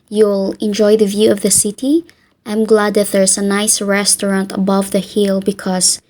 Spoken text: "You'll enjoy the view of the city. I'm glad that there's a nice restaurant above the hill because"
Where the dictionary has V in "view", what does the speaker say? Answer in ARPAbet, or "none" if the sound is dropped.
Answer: V